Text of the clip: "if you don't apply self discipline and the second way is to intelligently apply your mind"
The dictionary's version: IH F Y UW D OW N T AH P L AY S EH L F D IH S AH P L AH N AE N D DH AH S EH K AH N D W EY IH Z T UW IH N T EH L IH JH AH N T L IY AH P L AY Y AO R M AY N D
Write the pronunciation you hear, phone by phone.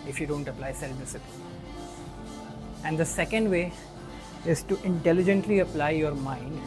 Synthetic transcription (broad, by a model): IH F Y UW D OW N T AH P L AY S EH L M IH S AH L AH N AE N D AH S EH K AH N D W EY IH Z T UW IH N T EH L IH JH AH N T L IY AH P L AY Y AO R M AY N D